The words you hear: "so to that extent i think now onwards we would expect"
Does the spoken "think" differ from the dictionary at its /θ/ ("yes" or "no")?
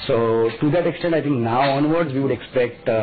yes